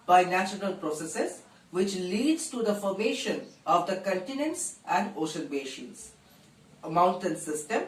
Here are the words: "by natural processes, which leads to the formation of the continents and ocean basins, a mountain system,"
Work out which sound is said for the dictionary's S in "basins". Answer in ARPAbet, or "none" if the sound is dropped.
SH